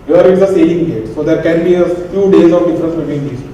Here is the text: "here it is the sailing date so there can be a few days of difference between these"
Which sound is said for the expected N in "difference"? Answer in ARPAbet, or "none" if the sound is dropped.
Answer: none